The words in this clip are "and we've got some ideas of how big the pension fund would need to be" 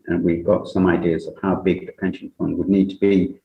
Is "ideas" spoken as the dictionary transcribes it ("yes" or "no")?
yes